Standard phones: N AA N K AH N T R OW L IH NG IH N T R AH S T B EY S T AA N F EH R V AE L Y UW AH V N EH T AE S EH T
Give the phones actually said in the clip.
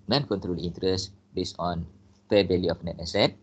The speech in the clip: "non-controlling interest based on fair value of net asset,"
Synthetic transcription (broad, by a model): N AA N K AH N T R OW L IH N T R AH S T B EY S AA N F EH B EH L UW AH F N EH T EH S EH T